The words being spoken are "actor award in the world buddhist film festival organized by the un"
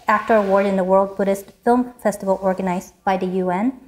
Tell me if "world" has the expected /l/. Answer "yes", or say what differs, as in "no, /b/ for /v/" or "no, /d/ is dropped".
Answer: yes